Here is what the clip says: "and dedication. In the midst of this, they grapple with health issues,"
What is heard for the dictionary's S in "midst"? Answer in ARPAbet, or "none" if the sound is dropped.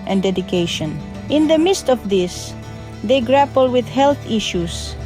S